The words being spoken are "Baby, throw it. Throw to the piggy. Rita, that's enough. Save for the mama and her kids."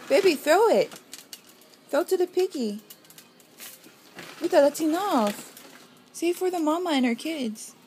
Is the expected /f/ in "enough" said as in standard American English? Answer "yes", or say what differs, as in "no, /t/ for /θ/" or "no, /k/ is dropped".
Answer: yes